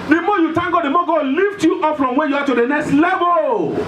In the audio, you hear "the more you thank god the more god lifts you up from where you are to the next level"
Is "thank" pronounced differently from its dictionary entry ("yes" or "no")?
yes